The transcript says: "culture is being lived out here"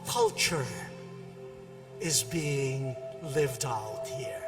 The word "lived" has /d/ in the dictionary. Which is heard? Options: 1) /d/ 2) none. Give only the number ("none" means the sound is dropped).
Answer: 1